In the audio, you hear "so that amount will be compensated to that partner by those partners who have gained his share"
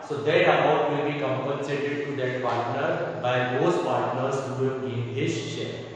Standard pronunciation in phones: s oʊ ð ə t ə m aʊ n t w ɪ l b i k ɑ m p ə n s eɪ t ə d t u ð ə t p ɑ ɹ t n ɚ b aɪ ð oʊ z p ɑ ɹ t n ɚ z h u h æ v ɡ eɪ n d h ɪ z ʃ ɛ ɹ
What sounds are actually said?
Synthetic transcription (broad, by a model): s oʊ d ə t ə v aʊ t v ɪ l b i k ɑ m p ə n s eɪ t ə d t u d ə t p ɑ ɹ t n ɚ b aɪ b oʊ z p ɑ ɹ t n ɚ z h u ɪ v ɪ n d h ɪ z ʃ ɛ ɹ